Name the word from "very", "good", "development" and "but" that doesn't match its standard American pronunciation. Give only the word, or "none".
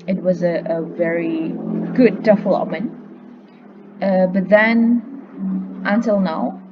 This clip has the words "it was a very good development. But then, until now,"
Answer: development